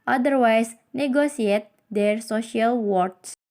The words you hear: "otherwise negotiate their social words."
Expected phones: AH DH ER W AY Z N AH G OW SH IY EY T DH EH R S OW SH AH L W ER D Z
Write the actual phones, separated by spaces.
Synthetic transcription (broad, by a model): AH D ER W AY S N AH G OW S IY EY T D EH R S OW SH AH L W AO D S